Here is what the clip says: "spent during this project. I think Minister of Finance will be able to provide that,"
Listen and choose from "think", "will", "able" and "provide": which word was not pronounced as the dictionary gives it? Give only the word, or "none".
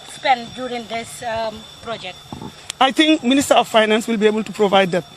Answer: think